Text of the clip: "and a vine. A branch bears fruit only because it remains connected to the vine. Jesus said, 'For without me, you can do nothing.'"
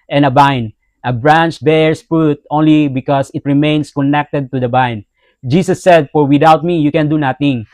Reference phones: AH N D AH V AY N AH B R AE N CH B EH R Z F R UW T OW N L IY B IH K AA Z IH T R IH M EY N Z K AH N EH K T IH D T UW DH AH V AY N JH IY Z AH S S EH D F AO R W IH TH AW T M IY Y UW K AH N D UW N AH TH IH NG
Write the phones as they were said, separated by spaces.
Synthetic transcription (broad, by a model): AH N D AH B AY N AH B R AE N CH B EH R S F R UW T OW N L IY B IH K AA S IH T R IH M EY N S K AH N EH K T IH D T UW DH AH B AY N JH IY S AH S S EH D F AO R W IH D AW T M IY Y UW K AH N D UW N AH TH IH NG